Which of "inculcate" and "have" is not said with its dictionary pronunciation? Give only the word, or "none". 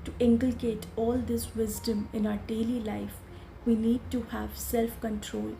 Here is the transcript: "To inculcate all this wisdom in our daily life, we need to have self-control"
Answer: none